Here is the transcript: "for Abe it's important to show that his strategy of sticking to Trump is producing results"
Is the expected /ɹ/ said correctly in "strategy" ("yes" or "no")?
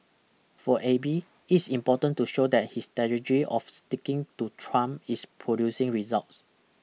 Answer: no